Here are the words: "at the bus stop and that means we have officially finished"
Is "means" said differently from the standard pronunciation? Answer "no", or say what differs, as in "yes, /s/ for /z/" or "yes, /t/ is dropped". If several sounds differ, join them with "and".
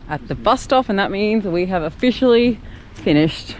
no